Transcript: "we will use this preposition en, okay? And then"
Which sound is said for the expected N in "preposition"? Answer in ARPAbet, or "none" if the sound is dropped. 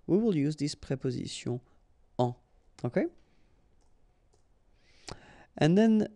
none